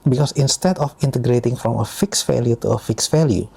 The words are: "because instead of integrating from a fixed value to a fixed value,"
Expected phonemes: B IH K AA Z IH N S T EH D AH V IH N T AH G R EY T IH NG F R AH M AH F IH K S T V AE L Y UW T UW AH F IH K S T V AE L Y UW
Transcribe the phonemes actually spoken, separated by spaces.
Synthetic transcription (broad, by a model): B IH K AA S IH N S T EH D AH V IH N T AH G R EY T IH NG F R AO M AH F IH K S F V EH L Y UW T UW AH F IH K S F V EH L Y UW